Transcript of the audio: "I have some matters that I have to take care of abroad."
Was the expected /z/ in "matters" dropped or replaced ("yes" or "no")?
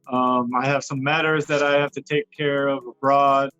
no